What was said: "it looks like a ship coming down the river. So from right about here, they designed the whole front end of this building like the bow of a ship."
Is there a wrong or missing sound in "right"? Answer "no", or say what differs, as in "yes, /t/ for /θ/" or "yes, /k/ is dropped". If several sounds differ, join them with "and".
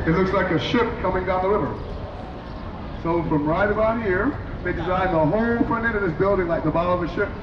no